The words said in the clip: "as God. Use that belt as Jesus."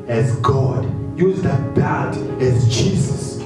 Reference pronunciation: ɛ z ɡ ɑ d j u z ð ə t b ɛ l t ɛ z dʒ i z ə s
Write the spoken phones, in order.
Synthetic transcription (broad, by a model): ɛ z ɡ ɑ d j u z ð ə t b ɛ t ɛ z dʒ i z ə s